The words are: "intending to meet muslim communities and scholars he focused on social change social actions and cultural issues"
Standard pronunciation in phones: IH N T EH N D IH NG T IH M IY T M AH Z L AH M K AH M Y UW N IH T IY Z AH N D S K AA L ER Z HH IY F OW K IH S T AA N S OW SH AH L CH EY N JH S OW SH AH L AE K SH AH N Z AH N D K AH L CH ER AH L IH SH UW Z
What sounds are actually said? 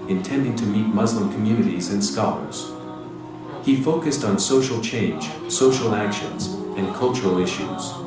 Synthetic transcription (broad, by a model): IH N T EH N D IH NG T IH M IY T M AH Z L AH M K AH M Y UW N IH T IY Z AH N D S K AA L ER Z HH IY F OW K IH S T N S OW SH L CH EY N JH S OW SH L AE K SH AH N Z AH N K AH L CH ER L IH SH UW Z